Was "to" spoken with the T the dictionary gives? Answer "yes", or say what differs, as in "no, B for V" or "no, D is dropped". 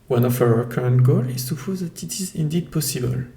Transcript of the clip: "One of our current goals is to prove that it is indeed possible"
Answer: no, S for T